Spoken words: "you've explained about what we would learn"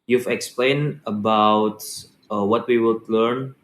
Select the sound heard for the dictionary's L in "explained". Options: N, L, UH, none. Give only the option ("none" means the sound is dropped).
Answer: L